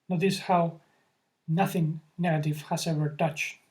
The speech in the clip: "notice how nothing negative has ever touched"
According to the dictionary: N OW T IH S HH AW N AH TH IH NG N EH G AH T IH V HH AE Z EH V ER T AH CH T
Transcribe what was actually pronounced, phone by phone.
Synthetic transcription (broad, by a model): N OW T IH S HH AW N AH TH IH NG N EH G AH T IH V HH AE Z EH V ER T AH CH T